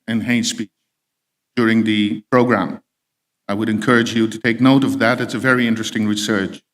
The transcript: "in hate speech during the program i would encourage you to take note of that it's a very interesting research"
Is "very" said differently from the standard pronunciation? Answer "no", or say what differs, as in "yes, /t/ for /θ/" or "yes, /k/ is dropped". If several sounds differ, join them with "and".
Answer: no